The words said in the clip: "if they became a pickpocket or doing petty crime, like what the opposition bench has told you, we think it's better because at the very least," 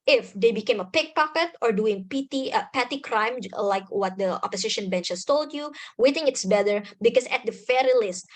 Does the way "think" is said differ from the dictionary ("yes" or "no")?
yes